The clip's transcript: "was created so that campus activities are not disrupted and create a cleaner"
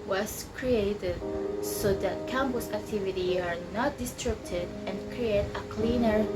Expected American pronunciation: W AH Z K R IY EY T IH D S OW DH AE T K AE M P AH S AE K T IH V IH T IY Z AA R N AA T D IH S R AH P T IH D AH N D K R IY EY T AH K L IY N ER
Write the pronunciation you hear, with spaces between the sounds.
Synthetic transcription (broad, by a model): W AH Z K R IY EY T IH D S OW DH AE T K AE M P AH S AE K T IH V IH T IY AA R N AA T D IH S R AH B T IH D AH N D K R IY EY T AH K L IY N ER